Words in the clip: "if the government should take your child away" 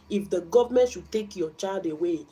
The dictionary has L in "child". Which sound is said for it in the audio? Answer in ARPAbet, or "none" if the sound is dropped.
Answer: none